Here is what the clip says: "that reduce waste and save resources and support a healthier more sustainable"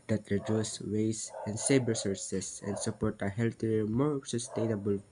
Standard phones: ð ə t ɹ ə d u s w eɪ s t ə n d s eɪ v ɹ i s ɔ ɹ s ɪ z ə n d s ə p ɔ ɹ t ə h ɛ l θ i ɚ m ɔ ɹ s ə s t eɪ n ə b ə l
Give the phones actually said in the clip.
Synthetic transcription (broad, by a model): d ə t ɹ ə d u s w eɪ s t ə n d s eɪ b ɹ s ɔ ɹ s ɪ s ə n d s ə p ɔ ɹ t ə h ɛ l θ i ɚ m ɔ ɹ s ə s t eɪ n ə b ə l